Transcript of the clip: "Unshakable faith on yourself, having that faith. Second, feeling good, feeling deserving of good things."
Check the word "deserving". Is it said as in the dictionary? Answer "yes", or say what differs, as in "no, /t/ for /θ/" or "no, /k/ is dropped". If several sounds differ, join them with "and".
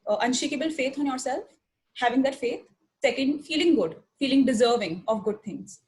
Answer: yes